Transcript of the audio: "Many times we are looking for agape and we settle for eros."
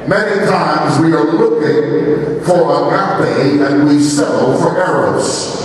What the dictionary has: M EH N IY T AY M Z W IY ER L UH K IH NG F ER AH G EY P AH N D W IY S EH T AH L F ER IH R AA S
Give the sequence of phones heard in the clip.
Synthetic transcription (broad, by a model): M EH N IY T AY M Z W IY ER L UH K IH NG F ER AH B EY AH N W IY S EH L F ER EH R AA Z